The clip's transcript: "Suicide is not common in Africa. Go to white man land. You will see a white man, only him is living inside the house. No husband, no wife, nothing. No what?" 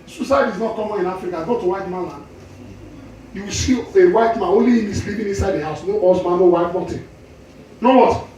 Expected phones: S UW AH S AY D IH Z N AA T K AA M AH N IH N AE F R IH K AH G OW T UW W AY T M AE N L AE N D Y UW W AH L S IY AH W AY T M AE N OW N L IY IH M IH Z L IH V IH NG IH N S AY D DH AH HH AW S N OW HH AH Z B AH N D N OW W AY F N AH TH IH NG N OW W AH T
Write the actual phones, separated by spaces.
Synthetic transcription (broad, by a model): S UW S AY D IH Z N AA T K AA M AH N IH N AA F R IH K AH G OW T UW W AY T M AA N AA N Y UW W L S IY AH W AY T M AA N OW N L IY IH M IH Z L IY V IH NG IH N S AY D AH HH AW S N OW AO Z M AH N N OW W AY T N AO T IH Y N OW W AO T